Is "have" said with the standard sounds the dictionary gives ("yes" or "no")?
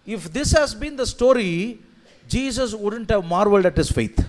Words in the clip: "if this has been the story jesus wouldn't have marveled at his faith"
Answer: yes